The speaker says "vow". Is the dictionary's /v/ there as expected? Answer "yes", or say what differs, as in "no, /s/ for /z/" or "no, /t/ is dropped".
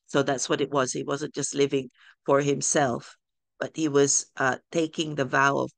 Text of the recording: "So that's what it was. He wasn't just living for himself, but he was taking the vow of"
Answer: yes